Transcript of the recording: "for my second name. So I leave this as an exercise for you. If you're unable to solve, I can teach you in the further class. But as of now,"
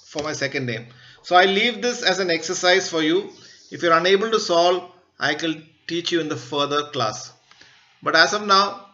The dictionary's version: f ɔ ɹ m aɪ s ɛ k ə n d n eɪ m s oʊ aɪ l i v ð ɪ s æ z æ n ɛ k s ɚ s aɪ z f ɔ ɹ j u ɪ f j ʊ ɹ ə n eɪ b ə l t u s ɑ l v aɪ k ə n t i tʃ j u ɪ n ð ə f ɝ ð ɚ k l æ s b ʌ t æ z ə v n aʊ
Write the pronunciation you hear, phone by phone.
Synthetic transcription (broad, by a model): f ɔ ɹ m aɪ s ɛ k ə n d n eɪ m s oʊ aɪ l i v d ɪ s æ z æ n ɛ k s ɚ s aɪ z f ɔ ɹ j u ɪ f j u ɹ ə n eɪ b ə l t u s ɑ l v aɪ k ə l t i tʃ j u ɪ n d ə f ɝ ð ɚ k l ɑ s b ʌ t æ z ə v n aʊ